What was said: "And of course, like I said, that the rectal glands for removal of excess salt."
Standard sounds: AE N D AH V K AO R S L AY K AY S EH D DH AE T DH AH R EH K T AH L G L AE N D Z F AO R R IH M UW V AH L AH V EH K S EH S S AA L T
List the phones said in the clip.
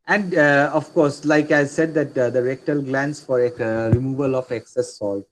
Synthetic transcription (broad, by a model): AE N D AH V K AO R S L AY K AY S EH D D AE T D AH R EH K T AH L G L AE N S F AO R R IH M UW V AH L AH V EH K S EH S S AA L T